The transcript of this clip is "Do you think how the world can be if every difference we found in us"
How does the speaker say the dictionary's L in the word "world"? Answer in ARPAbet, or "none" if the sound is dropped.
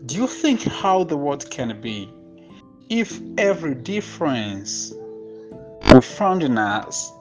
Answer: none